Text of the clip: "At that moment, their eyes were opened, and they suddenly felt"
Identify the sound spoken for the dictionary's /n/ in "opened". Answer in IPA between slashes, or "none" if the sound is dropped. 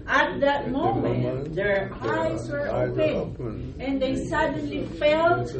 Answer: none